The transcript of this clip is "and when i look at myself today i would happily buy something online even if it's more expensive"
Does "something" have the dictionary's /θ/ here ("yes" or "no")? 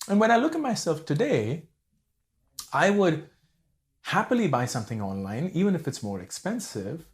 yes